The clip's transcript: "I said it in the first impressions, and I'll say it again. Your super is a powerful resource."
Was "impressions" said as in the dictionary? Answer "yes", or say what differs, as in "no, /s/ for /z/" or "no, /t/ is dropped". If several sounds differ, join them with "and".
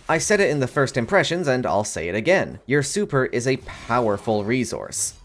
yes